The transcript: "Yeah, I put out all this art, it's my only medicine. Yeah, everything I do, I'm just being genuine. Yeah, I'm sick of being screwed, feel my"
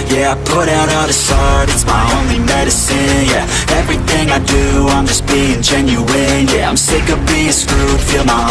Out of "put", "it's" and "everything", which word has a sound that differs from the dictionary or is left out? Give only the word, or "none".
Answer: none